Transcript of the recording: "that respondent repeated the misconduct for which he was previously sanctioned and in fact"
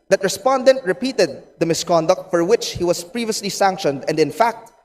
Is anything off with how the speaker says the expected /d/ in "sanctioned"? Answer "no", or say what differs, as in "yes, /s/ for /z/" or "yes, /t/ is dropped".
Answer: no